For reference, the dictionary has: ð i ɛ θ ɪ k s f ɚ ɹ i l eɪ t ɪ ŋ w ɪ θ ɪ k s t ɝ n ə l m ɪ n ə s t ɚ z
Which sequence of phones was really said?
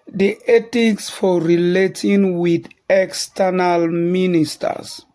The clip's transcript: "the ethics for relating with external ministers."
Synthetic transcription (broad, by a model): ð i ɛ t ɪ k s f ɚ ɹ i l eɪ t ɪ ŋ w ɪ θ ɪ k s t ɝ n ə l m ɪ n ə s t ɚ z